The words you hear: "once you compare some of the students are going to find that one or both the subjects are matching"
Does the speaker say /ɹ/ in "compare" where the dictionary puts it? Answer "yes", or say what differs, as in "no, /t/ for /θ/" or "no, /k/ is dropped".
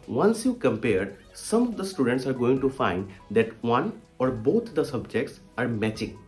yes